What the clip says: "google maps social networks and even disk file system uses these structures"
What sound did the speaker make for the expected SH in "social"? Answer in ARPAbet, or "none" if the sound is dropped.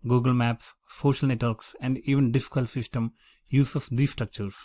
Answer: SH